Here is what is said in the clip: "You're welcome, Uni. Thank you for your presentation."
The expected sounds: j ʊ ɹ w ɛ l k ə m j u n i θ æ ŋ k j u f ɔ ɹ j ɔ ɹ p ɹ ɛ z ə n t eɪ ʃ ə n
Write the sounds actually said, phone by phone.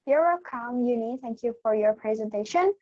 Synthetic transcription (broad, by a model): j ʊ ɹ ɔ k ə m j u n i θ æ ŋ k j u f ɔ ɹ j ɔ ɹ p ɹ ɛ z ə n t eɪ ʃ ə n